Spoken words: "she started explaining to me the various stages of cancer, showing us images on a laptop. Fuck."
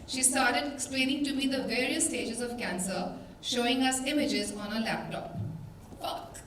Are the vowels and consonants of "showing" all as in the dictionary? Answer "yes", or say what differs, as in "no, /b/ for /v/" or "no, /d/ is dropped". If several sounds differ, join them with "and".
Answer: yes